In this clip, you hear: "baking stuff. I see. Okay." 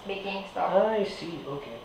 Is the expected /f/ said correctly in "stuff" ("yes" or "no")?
no